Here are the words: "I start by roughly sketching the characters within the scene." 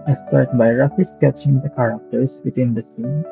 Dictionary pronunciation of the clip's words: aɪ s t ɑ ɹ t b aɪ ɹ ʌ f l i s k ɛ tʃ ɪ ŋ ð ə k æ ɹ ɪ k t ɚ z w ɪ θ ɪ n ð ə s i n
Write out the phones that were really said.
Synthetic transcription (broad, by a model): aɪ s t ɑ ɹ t b aɪ ɹ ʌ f i s k ɛ tʃ ɪ ŋ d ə k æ ɹ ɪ k t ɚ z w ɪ t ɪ n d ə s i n